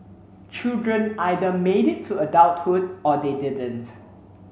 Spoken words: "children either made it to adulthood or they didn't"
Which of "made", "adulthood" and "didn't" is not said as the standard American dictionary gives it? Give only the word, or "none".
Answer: adulthood